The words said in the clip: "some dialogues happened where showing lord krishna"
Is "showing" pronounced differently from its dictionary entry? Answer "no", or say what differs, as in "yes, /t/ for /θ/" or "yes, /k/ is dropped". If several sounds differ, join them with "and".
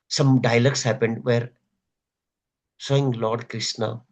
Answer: yes, /s/ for /ʃ/